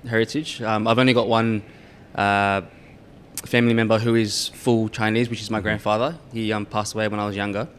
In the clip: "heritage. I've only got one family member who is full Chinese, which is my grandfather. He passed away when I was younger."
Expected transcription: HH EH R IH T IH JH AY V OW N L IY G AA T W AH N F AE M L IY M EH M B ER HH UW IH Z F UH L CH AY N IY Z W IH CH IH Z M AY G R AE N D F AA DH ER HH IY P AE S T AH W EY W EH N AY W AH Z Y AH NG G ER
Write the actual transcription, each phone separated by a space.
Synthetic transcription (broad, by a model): HH EH R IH T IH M AY V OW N L IY G AA T W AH N F AE M L IY M EH M B ER HH UW IH Z F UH L CH AY N IY Z W IH CH IH Z M AY G R AE N D F AA DH ER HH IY P AE S T AH W EY W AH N AY W AH Z Y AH NG G ER